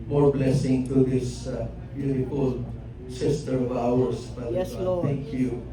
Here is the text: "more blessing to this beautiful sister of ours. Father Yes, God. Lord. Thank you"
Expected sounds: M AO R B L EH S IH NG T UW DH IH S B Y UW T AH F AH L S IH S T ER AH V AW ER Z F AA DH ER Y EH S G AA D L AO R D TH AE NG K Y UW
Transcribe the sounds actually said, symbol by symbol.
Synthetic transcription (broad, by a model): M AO R B L EH S IH NG T UW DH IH S B Y UW T AH F AH L S IH S T ER AH V AW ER S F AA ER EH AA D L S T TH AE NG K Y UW